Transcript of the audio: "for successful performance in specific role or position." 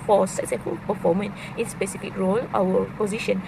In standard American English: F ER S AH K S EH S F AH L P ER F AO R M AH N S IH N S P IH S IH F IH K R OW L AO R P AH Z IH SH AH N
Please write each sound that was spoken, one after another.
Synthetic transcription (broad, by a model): F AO S AH K S EH S F AH L P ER F AO M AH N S IH N S P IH S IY F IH K R OW L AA W P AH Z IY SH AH N